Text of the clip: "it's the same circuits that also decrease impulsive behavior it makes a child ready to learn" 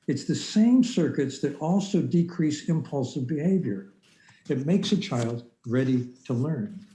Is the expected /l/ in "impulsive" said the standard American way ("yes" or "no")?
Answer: yes